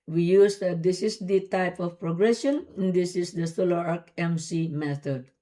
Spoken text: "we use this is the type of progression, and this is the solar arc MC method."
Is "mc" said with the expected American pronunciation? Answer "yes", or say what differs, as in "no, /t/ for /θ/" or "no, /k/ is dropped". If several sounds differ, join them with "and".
yes